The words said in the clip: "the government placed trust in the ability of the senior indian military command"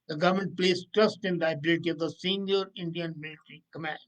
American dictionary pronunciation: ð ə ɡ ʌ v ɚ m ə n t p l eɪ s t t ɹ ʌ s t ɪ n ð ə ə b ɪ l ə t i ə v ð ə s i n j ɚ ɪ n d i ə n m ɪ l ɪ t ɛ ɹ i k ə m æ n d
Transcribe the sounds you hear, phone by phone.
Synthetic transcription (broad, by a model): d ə ɡ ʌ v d m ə n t p l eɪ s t t ɹ ʌ s t ɪ n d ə ə b ɪ l ə t i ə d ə s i n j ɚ ɪ n d i ə n m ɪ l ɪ t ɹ i k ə m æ n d